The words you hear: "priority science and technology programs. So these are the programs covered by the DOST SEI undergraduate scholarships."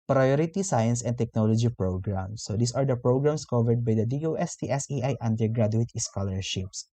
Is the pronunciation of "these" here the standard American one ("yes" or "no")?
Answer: no